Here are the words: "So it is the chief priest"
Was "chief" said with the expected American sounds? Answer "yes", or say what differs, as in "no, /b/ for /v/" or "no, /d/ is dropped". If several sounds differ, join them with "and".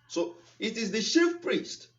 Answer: no, /ʃ/ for /tʃ/